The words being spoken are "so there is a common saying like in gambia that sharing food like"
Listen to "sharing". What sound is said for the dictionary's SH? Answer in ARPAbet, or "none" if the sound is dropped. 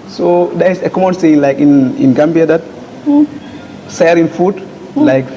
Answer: S